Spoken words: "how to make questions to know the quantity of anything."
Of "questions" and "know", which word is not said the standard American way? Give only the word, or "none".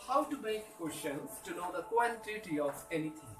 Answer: questions